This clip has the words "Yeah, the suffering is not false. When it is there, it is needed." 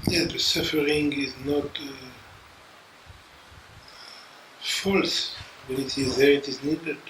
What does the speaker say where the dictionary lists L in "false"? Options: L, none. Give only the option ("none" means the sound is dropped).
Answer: L